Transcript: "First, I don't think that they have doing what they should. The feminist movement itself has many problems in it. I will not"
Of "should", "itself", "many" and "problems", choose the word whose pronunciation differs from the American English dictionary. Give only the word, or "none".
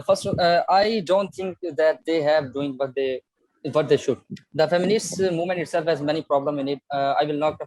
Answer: problems